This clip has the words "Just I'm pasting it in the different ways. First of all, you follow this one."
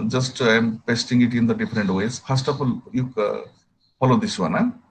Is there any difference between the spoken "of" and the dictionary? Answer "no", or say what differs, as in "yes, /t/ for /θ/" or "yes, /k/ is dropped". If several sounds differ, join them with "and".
yes, /p/ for /v/